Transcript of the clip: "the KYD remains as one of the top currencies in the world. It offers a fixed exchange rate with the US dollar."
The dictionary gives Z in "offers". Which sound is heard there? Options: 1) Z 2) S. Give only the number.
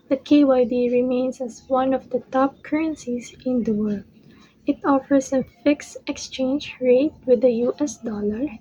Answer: 2